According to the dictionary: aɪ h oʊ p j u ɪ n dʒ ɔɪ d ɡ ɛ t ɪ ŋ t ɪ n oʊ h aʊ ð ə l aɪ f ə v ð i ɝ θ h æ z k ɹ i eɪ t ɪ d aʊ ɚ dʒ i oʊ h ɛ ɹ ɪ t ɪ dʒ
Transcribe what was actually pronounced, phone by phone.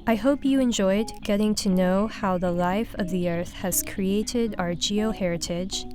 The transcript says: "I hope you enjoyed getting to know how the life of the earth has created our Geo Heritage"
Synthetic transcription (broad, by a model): aɪ h oʊ p j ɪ ɪ n dʒ ɔɪ d ɡ ɛ t ɪ ŋ t ɪ n oʊ h aʊ ð ə l aɪ f ə v ð i ɝ θ h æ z k ɹ i eɪ t ɪ d aʊ ɚ dʒ i oʊ h ɛ ɹ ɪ t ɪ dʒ